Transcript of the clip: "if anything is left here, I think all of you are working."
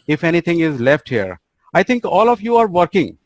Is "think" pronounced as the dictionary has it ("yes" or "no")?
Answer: no